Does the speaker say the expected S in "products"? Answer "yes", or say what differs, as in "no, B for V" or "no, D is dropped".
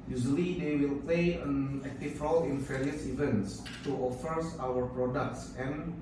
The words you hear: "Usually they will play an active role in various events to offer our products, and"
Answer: yes